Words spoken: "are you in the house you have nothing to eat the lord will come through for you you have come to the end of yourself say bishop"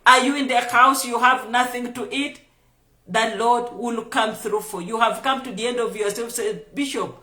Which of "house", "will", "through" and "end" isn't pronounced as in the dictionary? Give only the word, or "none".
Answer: none